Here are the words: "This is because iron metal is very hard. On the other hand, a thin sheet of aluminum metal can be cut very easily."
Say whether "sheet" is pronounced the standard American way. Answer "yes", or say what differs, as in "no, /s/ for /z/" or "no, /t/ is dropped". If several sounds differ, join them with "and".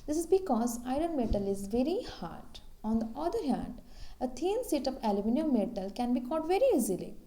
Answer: no, /s/ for /ʃ/